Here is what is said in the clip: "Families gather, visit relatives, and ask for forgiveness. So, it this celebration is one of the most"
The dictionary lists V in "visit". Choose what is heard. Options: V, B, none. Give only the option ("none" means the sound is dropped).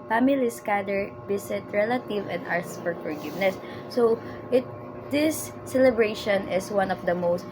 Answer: B